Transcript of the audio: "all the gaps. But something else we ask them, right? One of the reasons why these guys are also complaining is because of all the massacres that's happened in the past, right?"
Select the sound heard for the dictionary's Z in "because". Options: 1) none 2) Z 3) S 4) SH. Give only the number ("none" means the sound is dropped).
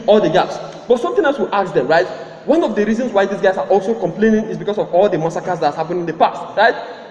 3